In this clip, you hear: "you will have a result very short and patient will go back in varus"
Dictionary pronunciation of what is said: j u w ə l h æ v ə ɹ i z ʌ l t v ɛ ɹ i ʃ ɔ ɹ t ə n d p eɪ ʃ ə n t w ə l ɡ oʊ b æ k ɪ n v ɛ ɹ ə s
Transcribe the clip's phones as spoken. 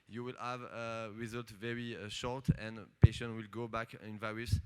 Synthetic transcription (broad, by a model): j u w ə l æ v ə ɹ i z ʌ l t v ɛ ɹ i ʃ ɔ ɹ t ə n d p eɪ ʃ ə n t w ə l ɡ oʊ b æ k ɪ n v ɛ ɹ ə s